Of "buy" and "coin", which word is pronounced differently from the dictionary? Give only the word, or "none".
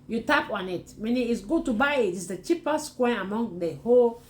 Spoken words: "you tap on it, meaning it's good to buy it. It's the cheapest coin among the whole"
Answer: coin